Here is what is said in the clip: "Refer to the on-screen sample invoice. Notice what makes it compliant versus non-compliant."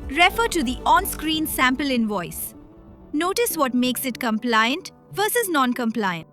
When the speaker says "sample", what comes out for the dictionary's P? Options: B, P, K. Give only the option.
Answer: P